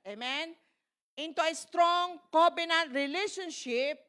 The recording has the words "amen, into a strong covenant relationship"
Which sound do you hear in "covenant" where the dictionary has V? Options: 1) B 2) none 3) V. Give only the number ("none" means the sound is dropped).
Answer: 1